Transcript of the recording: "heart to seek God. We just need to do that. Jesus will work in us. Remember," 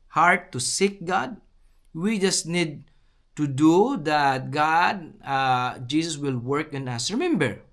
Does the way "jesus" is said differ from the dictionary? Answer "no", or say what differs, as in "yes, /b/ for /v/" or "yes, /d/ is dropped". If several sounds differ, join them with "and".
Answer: yes, /s/ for /z/